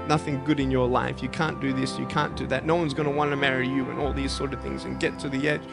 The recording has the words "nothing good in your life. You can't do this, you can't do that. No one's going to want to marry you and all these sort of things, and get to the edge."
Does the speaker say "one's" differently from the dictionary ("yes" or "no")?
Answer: no